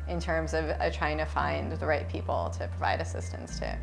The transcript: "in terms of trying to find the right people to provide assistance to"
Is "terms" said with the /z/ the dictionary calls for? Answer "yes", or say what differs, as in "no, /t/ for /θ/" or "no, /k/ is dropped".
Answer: yes